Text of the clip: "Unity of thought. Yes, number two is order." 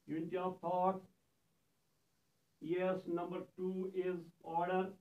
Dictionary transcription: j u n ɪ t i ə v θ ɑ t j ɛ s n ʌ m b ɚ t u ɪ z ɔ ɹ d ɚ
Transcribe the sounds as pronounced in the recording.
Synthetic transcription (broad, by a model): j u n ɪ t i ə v t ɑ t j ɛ s n ʌ m b ɚ t u ɪ z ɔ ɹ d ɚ